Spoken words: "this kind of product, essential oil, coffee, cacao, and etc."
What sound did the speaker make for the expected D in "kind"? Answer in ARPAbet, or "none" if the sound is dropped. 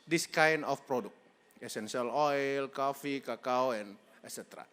none